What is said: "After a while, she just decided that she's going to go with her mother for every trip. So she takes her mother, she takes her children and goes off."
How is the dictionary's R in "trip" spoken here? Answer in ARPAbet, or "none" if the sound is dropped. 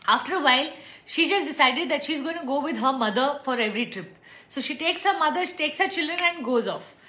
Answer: R